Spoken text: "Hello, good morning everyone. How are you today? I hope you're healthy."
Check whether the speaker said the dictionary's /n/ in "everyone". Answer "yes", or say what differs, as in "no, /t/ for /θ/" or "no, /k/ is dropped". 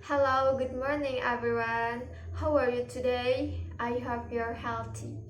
yes